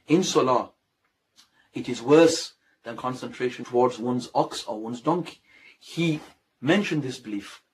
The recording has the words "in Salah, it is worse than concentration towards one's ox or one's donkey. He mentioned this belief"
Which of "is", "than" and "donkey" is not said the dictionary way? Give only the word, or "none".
none